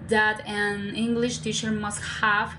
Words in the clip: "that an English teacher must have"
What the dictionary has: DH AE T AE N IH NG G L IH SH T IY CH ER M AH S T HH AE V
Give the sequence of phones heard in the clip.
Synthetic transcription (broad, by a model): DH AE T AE N IH NG G L IH SH T IY CH ER M AH S T HH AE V